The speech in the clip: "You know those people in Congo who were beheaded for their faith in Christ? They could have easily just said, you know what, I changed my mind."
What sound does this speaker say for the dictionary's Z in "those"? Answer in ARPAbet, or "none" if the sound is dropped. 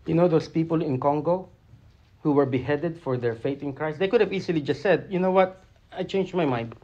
S